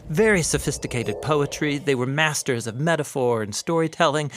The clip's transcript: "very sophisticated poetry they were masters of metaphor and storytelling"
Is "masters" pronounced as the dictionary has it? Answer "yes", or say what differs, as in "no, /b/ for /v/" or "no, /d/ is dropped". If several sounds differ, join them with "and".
yes